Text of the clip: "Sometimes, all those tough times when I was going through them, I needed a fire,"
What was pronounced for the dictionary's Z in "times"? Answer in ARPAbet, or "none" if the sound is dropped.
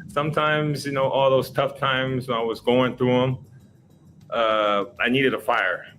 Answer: Z